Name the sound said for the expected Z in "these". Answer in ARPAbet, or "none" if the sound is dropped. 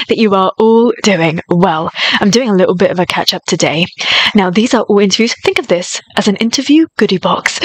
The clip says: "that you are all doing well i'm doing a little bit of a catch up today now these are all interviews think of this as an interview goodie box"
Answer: Z